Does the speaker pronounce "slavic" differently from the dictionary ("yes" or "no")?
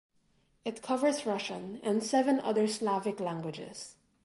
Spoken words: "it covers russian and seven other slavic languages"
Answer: no